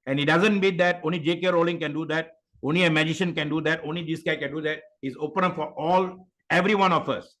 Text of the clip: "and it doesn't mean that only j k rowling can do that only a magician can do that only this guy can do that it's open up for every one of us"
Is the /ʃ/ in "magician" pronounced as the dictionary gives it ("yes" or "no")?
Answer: yes